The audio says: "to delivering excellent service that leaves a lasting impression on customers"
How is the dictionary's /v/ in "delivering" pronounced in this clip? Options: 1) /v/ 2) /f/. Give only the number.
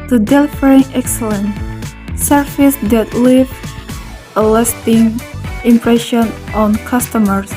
2